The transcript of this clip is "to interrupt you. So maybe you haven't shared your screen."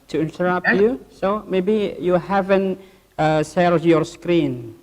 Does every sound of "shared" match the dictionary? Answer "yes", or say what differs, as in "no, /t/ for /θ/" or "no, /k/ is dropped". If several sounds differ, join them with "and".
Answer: no, /s/ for /ʃ/